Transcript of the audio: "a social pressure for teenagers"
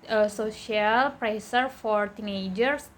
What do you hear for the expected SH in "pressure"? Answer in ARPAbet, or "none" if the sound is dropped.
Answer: S